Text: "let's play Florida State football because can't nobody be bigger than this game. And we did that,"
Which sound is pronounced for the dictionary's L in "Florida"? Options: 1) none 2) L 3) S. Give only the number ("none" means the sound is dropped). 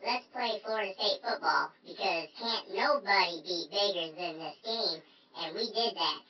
1